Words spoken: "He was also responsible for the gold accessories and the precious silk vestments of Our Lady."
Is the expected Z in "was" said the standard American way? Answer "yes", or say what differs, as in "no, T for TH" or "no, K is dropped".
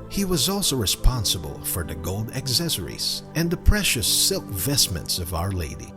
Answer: yes